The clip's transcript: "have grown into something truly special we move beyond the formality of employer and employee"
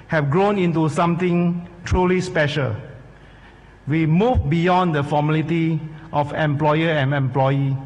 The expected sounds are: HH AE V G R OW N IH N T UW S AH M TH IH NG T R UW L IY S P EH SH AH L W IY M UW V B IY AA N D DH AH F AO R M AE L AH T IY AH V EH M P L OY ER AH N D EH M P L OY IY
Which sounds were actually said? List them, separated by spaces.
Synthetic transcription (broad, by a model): HH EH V G R OW N IH N T UW S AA M T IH NG T R UW L IY S P EH SH AH L W IY M UW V B IY AA N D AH F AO M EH L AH T IY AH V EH M P L OY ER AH N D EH M P L OY IY